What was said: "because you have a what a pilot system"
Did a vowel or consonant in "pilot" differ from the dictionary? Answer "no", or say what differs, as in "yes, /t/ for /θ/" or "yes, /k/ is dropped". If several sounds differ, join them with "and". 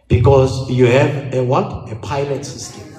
no